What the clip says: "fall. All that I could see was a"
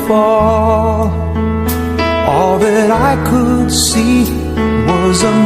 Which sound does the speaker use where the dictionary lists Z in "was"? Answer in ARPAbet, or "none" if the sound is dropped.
Z